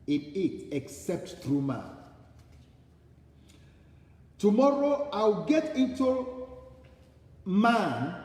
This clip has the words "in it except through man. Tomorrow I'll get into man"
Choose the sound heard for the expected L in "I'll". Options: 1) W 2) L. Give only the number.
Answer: 1